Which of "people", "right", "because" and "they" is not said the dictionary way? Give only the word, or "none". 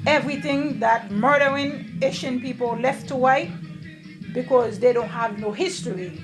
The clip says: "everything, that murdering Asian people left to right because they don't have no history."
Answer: right